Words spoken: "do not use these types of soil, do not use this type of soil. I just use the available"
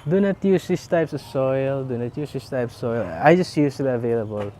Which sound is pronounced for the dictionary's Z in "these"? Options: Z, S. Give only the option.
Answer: S